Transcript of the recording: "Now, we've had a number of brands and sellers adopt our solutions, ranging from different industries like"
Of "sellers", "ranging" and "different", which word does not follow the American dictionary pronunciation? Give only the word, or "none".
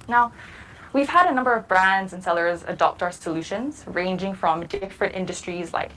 none